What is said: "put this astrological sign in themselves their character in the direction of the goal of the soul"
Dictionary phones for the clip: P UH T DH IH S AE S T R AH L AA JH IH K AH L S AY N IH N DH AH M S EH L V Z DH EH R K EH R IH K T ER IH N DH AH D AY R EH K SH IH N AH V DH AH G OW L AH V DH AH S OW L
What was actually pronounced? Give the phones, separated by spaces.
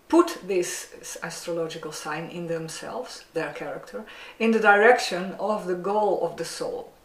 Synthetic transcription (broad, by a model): P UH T DH IH S AE S T R AH L AA JH IH K AH L S AY N IH N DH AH M S EH L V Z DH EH R K EH R IH K T ER IH N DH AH D AY R EH K SH IH N AH V DH AH G OW L AH V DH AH S OW L